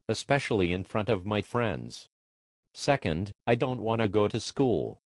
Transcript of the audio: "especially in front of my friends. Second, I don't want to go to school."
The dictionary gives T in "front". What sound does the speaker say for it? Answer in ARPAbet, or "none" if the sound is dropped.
T